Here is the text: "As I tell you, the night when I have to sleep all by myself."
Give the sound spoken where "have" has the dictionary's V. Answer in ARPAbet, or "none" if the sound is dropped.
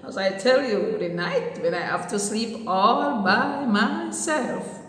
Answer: F